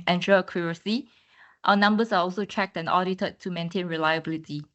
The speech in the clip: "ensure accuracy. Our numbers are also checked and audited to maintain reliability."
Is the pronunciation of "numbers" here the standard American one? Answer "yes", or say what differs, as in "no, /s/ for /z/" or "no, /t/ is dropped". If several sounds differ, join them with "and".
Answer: no, /s/ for /z/